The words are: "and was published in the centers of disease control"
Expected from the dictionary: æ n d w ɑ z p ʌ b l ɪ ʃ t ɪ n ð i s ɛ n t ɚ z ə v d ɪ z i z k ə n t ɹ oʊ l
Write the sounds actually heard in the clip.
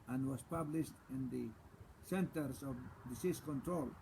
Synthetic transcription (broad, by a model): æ n d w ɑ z p ʌ b l ɪ ʃ t ɪ n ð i s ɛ n t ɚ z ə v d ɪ s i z k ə n t ɹ oʊ l